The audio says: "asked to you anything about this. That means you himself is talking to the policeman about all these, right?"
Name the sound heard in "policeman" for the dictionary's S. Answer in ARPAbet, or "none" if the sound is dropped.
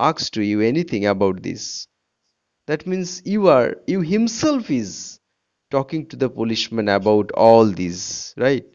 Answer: SH